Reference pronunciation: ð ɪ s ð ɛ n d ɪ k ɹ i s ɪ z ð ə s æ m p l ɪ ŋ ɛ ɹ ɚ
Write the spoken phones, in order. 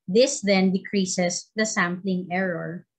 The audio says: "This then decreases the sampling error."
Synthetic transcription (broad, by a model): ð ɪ s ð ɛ n d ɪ k ɹ i s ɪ s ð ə s æ m p l ɪ ŋ ɛ ɹ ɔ